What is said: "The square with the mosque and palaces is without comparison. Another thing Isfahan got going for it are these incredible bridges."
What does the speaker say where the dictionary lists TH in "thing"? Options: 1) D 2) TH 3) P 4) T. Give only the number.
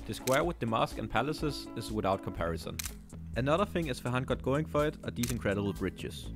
2